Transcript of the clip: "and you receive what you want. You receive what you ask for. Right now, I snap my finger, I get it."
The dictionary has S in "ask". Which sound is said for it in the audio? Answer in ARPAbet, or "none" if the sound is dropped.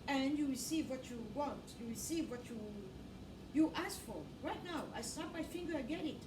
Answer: S